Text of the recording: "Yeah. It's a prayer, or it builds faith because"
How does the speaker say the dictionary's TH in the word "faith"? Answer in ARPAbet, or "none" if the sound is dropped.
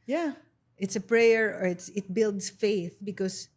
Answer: TH